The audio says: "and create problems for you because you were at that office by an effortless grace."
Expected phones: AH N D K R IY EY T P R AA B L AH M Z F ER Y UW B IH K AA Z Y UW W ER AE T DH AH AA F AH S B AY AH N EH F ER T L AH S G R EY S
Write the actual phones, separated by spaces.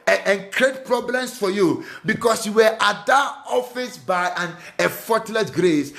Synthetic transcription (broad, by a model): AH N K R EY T P R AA B L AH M S F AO Y UW B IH K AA S Y UW W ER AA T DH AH AA F AH S B AY AH N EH F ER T L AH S G R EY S